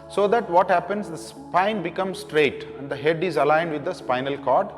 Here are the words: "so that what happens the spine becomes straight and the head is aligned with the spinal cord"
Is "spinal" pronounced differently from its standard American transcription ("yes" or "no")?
no